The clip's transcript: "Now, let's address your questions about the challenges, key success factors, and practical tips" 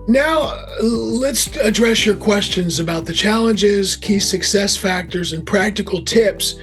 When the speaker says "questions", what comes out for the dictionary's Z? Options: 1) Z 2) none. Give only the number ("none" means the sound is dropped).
1